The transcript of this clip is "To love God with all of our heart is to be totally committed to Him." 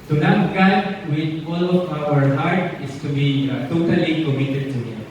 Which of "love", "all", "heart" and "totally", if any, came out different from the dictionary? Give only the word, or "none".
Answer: love